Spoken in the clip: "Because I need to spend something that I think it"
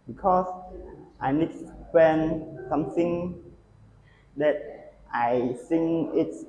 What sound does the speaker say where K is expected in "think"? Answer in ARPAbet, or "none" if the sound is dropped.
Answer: none